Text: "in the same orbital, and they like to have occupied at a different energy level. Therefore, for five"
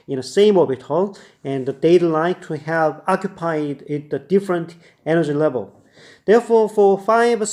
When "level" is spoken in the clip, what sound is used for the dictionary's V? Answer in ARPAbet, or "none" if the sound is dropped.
V